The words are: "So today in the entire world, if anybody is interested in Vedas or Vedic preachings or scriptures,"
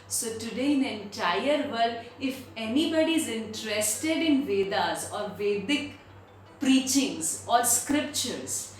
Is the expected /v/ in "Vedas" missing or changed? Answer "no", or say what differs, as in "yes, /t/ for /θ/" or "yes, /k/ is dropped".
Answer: no